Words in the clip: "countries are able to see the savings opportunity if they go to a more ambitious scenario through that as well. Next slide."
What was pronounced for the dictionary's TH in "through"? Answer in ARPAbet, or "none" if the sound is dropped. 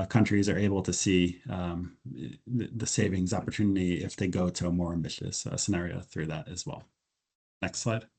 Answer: TH